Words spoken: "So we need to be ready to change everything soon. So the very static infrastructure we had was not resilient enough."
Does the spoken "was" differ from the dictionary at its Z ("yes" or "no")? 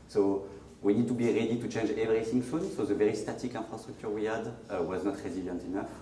no